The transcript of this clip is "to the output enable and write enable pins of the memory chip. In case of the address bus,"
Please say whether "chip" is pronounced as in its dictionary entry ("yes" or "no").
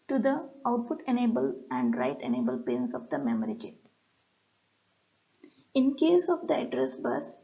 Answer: no